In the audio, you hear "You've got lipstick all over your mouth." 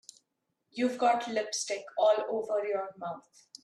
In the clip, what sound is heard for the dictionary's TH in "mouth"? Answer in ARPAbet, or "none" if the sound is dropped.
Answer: T